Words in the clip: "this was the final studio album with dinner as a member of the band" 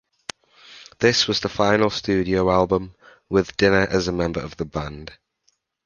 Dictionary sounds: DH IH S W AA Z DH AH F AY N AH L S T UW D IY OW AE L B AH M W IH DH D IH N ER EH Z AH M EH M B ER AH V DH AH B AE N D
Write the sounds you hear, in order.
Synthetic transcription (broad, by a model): DH IH S W AA Z DH AH F AY N AH L S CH UW D IY OW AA L B AH M W IH DH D IH N ER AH Z AH M EH M B ER AH V DH AH B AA N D